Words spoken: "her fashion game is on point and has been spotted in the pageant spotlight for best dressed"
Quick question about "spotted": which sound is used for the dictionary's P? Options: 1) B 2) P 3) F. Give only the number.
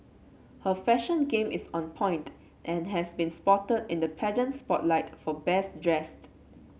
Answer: 2